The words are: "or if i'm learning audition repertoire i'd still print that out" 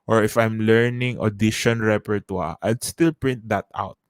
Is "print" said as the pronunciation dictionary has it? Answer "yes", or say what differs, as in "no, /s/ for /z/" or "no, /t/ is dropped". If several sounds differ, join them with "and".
yes